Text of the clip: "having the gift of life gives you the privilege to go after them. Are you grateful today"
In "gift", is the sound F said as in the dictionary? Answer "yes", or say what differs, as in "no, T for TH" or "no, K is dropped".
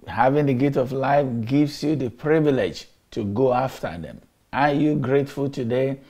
no, F is dropped